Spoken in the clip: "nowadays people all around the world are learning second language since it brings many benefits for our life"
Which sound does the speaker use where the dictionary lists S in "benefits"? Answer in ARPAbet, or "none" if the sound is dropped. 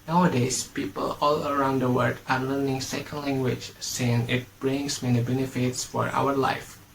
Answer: S